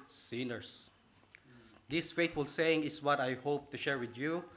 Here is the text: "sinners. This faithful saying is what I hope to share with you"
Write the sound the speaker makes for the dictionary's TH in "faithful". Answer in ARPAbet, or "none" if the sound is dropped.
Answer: T